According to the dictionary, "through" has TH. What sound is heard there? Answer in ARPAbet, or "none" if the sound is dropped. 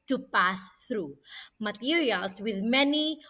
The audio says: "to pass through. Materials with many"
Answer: TH